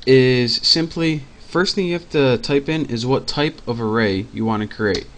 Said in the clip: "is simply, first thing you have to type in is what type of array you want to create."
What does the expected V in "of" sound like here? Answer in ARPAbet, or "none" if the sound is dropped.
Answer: V